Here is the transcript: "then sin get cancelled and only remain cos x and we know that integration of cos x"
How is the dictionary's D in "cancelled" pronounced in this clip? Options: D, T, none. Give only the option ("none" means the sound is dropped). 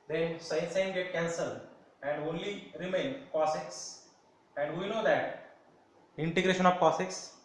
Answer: none